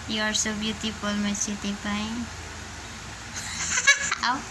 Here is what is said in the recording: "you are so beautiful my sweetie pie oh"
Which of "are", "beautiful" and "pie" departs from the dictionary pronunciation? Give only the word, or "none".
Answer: beautiful